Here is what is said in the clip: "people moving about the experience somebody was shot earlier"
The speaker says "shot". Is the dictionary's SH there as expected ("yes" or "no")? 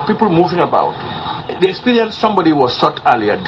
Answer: no